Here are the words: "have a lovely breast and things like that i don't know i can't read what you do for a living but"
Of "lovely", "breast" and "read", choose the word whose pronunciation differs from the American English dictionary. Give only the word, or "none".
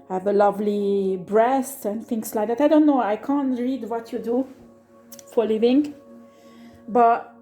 none